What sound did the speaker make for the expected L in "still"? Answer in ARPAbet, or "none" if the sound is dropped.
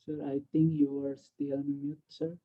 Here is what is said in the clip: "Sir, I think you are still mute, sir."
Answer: N